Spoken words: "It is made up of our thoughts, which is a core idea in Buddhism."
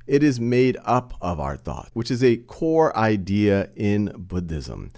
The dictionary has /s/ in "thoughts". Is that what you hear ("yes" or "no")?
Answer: no